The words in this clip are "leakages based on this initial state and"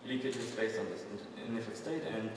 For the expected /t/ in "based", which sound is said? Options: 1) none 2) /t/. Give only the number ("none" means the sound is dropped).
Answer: 1